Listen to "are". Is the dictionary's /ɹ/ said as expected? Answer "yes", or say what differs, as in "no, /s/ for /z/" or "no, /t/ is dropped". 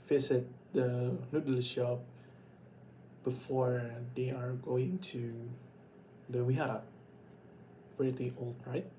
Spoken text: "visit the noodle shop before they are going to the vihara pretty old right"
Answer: yes